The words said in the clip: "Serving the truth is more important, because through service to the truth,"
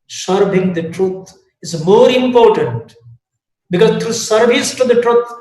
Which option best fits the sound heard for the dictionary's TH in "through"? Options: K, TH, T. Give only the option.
T